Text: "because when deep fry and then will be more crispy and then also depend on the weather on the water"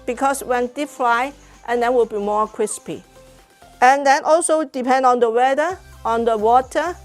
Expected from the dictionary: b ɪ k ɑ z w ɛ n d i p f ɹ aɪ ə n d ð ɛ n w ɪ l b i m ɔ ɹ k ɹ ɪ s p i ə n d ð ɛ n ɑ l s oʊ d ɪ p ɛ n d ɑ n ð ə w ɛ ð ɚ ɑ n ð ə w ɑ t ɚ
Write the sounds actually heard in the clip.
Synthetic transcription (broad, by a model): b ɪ k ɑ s w ɛ n d i p f l aɪ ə n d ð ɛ n w ɪ l b i m ɔ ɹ k ɹ ɪ s p i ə n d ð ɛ n ɑ l s oʊ d ɪ p ɛ n d ɑ n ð ə w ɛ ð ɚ ɑ n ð ə w ɑ t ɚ